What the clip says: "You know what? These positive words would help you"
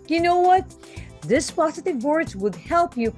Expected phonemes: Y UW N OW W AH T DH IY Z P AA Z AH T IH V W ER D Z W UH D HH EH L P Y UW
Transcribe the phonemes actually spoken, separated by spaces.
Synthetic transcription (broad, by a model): Y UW N OW W AH T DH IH S P AA Z AH T IH V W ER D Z W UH D HH EH L P Y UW